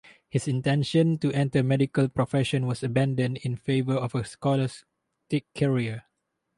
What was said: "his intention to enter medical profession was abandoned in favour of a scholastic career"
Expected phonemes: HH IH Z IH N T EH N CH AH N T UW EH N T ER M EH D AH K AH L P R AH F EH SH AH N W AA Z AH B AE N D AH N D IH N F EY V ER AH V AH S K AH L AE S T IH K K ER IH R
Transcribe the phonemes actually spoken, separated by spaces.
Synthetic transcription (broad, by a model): HH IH S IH N T EH N SH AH N T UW EH N T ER M EH D AH K AH L P R AH F EH SH AH N W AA S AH B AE N D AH N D IH N F EY V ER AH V AH S K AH L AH S T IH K K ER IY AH